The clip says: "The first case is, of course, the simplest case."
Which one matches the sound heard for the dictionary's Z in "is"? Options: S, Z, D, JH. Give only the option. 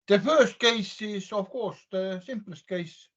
S